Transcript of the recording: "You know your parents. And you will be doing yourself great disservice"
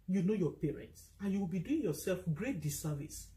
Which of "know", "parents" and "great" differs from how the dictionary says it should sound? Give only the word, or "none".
none